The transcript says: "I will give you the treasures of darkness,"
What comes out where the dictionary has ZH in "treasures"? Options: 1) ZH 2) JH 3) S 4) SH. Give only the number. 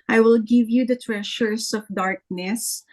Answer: 4